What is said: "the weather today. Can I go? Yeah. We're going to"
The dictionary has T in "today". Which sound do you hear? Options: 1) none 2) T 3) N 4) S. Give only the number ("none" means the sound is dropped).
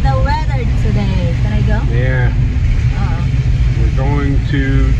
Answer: 4